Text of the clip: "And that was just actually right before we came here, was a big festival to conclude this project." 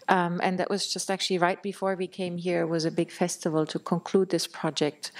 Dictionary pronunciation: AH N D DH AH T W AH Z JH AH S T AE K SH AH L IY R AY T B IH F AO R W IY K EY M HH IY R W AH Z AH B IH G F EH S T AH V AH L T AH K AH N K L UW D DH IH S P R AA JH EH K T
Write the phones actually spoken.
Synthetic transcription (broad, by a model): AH N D DH AH T W AH Z JH AH S T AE K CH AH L IY R AY T B IH F AO R W IY K EY M HH IY R W AH Z AH B IH G F EH S T AH V AH L T AH K AH N K L UW D DH IH S P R AA JH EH K T